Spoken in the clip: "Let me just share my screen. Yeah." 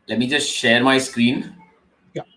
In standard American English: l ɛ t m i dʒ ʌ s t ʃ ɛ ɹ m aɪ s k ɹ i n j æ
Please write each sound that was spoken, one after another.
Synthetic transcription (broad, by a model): l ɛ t m i dʒ ʌ s t ʃ ɛ ɹ m aɪ s k ɹ i n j